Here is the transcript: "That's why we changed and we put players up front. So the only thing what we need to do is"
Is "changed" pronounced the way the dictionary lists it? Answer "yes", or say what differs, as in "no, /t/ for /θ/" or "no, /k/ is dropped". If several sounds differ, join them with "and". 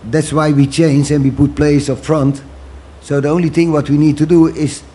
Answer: no, /d/ is dropped